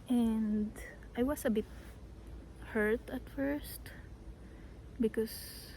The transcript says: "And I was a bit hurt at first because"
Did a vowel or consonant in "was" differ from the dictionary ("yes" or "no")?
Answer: yes